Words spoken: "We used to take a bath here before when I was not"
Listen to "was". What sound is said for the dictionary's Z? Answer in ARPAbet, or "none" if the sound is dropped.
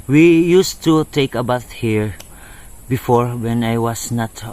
S